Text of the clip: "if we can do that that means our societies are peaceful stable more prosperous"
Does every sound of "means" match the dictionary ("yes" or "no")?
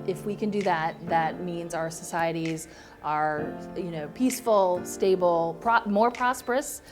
yes